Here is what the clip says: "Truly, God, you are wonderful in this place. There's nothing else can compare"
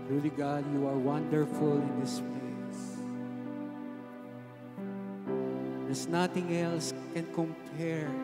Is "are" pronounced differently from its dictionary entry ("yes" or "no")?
no